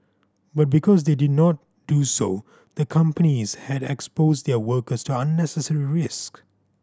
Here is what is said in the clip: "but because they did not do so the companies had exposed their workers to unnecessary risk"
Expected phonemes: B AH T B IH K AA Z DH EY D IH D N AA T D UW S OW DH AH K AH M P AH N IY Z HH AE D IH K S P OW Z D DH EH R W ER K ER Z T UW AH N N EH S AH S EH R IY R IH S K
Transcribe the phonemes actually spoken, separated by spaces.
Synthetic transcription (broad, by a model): B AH T B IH K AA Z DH EY D IH D N AA T D UW S OW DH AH K AH M P AH N IY Z HH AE D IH K S P OW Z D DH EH W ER K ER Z T UW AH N N EH S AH S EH R IY R IH S K